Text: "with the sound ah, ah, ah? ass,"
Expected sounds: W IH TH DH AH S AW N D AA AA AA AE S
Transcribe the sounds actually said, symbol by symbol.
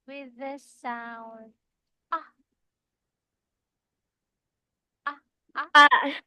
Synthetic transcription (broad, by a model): W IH DH AH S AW N AA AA AA